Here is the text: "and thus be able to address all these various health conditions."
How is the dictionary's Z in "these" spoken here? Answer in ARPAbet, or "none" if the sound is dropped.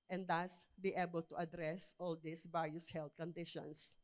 S